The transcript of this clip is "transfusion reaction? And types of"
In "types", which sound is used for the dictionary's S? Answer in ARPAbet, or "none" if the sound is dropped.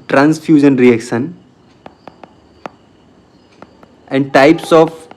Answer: S